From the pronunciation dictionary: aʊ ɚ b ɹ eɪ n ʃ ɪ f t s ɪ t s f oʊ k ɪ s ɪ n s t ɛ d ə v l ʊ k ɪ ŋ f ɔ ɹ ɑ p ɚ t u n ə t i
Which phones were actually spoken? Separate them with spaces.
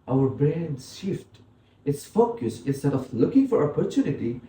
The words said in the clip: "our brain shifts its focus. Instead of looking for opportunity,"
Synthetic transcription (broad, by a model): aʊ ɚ b ɹ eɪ n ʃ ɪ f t ɪ t s f oʊ k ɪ s ɪ n s t ɛ d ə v l ʊ k ɪ ŋ f ɔ ɹ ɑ p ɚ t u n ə t i